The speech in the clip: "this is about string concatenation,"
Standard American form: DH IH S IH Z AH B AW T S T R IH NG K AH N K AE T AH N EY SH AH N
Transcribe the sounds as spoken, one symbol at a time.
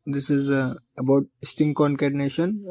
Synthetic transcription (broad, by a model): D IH S IH Z AH B AW T S T IH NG K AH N K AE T N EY SH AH N